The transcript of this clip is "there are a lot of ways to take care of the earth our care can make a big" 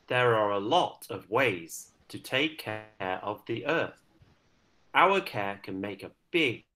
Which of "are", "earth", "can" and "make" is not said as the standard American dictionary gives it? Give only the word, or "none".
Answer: none